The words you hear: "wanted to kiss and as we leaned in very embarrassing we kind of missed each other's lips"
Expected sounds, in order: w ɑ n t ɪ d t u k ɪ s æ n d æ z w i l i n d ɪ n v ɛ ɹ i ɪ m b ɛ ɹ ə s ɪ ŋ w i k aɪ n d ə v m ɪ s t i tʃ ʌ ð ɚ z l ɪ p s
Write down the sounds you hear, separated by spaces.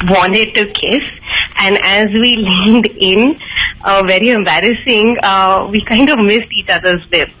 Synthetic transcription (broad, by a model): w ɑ n t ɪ d t u k ɪ s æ n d æ z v i l i n d ɪ n v ɛ ɹ i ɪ m b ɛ ɹ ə s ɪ ŋ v i k aɪ n d ə v m ɪ s t i tʃ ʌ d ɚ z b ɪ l